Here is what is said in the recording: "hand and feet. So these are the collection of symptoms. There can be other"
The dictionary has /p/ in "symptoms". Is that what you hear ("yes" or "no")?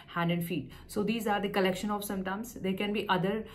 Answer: no